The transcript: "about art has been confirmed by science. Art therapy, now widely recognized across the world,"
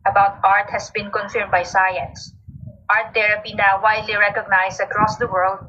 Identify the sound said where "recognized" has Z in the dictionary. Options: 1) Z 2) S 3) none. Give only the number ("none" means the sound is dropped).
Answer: 2